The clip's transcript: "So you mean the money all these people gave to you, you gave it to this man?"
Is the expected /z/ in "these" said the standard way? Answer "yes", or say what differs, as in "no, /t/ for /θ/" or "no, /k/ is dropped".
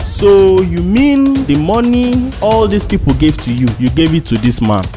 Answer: no, /s/ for /z/